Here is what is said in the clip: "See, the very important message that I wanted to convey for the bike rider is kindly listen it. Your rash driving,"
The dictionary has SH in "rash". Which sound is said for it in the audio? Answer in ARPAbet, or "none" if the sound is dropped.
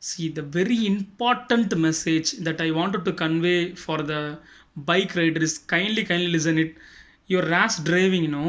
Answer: S